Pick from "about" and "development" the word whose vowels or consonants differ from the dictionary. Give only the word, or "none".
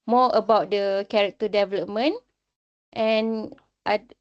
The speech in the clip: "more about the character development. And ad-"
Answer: none